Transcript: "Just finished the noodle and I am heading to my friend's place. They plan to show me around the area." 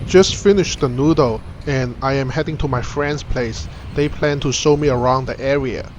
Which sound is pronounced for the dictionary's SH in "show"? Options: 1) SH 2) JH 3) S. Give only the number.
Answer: 3